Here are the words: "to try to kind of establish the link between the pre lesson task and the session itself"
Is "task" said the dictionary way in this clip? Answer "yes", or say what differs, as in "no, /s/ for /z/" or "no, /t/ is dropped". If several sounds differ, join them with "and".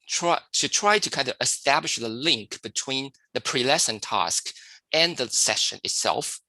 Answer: yes